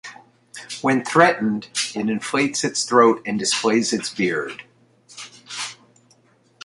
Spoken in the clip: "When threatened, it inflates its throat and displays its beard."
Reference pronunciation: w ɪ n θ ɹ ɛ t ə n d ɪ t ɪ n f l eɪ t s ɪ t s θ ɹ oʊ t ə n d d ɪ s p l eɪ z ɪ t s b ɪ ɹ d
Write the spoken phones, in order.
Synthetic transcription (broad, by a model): w ɪ n θ ɹ ɛ t n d ɪ t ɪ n f l eɪ t s ɪ t s θ ɹ oʊ t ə n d d ɪ s p l eɪ z ɪ t s b ɪ ɹ d